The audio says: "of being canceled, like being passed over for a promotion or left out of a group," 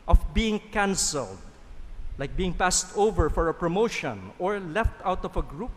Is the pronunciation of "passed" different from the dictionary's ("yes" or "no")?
no